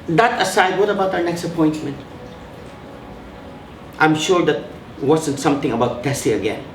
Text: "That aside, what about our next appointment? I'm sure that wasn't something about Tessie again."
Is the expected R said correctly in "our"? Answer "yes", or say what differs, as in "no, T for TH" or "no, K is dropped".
no, W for R